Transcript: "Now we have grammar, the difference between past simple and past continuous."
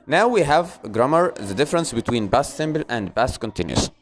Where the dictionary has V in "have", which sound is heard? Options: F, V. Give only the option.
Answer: V